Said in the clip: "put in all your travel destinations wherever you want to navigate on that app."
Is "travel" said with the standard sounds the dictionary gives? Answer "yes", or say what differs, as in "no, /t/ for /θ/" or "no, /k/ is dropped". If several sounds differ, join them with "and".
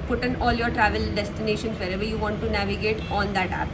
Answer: yes